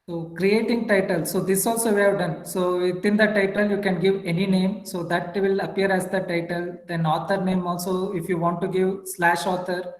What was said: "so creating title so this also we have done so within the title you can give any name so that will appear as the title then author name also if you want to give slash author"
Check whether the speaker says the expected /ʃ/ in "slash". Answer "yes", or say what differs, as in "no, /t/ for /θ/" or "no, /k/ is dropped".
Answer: yes